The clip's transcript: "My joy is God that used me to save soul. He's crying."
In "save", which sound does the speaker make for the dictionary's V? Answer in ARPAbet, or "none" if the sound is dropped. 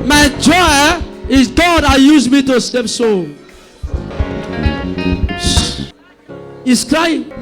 P